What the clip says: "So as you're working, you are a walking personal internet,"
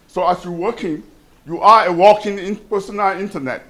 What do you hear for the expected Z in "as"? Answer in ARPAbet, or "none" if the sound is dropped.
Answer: S